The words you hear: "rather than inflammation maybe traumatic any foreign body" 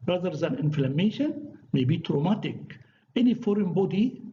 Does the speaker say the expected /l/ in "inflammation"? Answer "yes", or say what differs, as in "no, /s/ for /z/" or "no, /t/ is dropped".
yes